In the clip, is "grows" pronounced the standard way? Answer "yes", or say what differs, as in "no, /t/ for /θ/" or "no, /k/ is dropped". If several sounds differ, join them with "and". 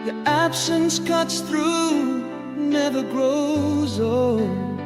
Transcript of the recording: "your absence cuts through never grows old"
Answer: yes